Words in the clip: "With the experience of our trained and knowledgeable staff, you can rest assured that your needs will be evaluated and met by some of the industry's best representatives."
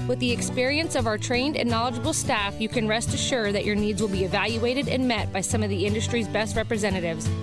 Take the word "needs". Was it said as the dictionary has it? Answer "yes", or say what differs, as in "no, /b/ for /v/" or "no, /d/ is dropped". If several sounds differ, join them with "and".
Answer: yes